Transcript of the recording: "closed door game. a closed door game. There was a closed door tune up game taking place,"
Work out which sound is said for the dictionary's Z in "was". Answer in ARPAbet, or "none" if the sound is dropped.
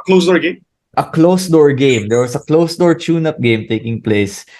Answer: S